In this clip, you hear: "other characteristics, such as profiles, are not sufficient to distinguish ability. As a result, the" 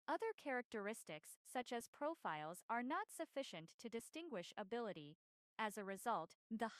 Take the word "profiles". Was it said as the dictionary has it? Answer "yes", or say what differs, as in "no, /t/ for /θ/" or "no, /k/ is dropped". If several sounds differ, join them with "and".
yes